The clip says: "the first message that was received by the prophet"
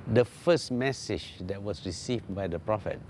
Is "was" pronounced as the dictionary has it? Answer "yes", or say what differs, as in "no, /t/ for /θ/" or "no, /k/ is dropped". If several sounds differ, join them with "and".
no, /s/ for /z/